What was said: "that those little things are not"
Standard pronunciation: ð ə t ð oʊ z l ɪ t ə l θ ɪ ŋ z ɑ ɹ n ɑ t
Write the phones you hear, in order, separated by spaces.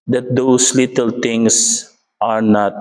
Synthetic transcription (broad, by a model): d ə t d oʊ s l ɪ t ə l t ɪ ŋ s ɑ ɹ n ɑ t